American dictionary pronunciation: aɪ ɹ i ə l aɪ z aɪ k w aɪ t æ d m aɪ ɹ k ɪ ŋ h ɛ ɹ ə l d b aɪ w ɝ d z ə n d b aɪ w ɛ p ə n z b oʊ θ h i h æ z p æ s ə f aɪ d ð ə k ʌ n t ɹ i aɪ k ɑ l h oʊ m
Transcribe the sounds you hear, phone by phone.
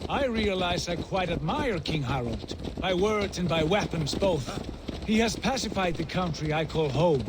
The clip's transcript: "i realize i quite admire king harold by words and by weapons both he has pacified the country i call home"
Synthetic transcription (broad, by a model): aɪ ɹ i ə l aɪ z aɪ k w aɪ t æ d m aɪ ɹ k ɪ ŋ h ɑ ɹ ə l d b aɪ w ɝ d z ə n b aɪ w ɛ p ə n z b oʊ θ h i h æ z p æ s ə f aɪ d ð ə k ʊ n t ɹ i aɪ k ɑ l h oʊ m